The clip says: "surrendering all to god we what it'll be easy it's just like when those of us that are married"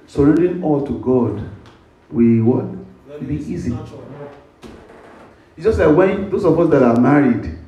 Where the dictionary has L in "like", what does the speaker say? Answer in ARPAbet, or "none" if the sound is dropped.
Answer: L